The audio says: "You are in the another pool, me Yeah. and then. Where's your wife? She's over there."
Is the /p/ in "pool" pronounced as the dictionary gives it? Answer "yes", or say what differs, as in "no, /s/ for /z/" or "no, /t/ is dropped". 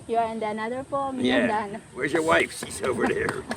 no, /f/ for /p/